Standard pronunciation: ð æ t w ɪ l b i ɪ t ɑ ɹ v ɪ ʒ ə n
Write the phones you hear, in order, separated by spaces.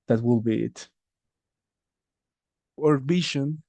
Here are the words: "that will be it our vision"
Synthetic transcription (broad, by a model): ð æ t w ɪ l b i ɪ t ɑ ɹ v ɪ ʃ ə n